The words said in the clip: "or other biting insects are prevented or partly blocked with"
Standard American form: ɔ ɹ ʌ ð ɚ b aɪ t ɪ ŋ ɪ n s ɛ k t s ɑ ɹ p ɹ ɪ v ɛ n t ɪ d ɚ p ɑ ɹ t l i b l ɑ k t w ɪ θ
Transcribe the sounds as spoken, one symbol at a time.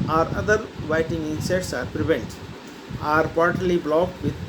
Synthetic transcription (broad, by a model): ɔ ɹ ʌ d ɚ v aɪ t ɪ ŋ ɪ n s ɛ t s ɑ ɹ p ɹ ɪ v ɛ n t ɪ ɚ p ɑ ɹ t l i b l ɑ k t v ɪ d